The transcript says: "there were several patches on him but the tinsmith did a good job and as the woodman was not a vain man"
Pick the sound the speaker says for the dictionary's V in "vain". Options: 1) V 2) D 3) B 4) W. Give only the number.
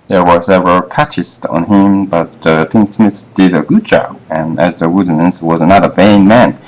1